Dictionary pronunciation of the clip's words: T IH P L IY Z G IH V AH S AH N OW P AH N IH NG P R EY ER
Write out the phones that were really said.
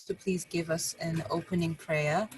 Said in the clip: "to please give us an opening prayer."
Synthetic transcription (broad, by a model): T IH P L IY Z G IH V AH S AH N OW P AH N IH NG P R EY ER